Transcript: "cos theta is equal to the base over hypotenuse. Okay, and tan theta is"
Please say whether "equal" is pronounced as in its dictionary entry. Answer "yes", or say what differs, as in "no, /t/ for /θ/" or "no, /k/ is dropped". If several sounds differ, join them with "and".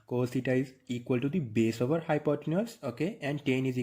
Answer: yes